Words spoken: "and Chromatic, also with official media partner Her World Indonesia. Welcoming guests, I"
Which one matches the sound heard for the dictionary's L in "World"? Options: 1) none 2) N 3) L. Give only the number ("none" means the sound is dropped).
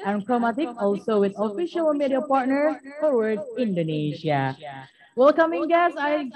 1